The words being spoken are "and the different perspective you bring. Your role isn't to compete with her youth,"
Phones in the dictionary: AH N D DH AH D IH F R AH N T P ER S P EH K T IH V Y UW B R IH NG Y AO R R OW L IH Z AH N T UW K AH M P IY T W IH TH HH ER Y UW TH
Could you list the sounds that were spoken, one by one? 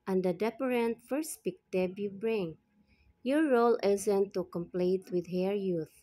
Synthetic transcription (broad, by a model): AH N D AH D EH P R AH N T F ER S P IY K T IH B Y UW B R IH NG Y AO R R OW L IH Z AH N T UW K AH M P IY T W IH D HH ER Y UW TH